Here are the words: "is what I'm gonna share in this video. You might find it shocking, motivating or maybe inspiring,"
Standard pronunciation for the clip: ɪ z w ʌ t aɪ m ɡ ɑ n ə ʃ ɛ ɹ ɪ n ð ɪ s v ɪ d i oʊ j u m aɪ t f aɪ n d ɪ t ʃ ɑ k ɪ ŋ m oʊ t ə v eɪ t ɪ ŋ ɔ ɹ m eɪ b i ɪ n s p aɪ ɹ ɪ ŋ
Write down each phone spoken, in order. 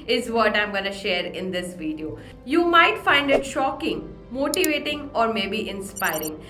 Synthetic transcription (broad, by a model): ɪ z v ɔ t aɪ m ɡ ɑ n ə ʃ ɛ ɹ ɪ n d ɪ s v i d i oʊ j u m aɪ t f aɪ n d ɪ t ʃ ɑ k ɪ ŋ m oʊ t ə v eɪ t ɪ ŋ ɔ ɹ m eɪ b i ɪ n s p aɪ ɹ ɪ ŋ